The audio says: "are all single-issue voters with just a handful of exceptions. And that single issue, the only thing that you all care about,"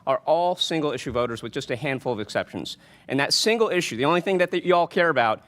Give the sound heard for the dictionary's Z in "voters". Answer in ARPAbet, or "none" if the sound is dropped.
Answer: Z